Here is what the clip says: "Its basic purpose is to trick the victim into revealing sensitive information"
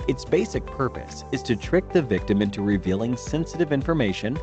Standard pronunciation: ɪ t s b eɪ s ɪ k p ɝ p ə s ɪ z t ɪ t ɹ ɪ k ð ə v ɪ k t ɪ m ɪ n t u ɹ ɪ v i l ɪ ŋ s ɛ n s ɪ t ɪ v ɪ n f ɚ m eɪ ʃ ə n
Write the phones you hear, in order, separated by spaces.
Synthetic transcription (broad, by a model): ɪ t s b eɪ s ɪ k p ɝ p ə s ɪ z t ɪ t ɹ ɪ k ð ə v ɪ k t ɪ m ɪ n t u ɹ ɪ v i l ɪ ŋ s ɛ n s ɪ t ɪ v ɪ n f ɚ m eɪ ʃ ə n